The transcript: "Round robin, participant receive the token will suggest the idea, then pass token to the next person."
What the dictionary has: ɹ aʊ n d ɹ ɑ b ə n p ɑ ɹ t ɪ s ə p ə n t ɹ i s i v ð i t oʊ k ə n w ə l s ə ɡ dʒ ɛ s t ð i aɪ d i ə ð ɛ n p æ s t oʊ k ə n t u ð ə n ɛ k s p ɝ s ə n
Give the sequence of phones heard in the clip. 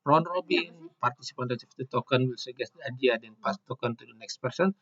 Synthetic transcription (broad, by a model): ɹ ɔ n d ɹ ɑ b ə n p ɑ ɹ t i s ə p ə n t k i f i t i t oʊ k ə n w ə l s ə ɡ ɛ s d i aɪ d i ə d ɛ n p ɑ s t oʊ k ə n t u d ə n ɛ k s p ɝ s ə n